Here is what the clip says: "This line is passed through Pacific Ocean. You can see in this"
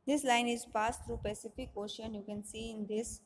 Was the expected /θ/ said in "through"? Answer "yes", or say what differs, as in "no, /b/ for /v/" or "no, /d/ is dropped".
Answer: no, /t/ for /θ/